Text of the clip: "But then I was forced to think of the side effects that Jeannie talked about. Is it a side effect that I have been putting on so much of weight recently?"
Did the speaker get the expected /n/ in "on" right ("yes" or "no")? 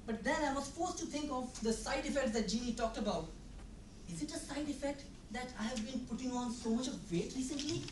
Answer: yes